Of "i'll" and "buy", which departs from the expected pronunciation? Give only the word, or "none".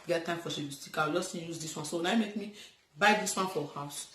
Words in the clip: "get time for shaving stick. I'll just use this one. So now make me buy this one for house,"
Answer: i'll